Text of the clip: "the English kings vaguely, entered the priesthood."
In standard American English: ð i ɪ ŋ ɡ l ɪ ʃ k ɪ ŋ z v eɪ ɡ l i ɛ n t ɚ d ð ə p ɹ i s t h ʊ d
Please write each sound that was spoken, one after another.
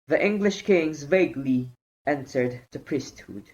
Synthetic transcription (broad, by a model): ð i ɪ ŋ ɡ l ɪ ʃ k ɪ ŋ z v eɪ ɡ l i ɛ n t ɚ d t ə p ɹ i s t h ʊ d